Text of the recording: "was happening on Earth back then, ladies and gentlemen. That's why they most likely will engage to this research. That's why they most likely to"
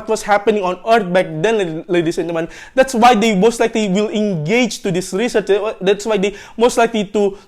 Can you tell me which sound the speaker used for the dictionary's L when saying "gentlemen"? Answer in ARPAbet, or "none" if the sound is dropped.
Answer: none